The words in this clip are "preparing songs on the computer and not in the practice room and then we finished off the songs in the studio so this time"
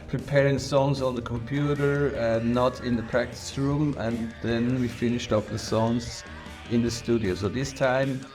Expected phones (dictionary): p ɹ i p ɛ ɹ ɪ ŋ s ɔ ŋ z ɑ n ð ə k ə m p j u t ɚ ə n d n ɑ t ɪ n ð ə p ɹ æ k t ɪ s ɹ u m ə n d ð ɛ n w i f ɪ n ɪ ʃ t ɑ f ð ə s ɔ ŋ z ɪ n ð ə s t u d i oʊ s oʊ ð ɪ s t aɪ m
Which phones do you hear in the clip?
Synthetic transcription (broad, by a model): p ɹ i p ɛ ɹ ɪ ŋ s ɔ ŋ z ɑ n ð ə k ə m p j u t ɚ ə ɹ n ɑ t ɪ n ð ə p ɹ æ k t ɪ s ɹ u m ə n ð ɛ n w i f ɪ n ɪ ʃ t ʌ p ð ə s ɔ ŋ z ɪ n ð ə s t u d i oʊ s oʊ ð ɪ s t aɪ m